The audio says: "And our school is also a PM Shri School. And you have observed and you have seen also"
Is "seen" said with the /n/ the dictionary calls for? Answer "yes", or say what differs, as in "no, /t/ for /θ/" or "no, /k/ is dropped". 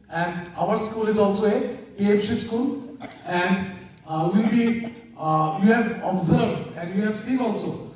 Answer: no, /n/ is dropped